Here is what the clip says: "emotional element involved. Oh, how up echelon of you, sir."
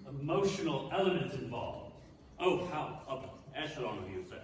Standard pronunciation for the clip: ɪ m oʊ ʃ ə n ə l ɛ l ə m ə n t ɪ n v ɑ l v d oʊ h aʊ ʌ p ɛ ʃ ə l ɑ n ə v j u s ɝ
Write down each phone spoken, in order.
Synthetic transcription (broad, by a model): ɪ m oʊ ʃ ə n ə l ɛ l ə m ə n t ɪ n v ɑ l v oʊ h aʊ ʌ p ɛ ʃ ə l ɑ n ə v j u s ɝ